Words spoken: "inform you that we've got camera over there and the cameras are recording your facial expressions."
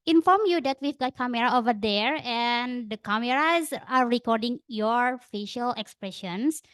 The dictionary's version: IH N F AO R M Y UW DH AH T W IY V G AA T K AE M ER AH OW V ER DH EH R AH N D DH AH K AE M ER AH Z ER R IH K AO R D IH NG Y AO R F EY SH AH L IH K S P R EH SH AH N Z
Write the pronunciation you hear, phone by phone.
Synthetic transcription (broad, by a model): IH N F AO R M Y UW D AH T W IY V G AA T K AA M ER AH OW V ER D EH R AH N D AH K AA M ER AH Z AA R IH K AO R D IH NG Y AO R F EY SH AH L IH K S P R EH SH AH N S